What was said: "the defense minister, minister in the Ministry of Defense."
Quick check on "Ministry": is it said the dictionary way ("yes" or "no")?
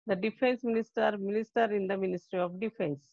yes